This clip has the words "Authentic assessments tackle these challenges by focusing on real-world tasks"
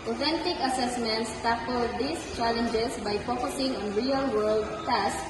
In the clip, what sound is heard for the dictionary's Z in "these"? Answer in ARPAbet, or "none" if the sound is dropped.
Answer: S